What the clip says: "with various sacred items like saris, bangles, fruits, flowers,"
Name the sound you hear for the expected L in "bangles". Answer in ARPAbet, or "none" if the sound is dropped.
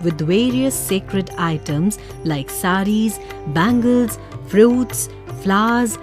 L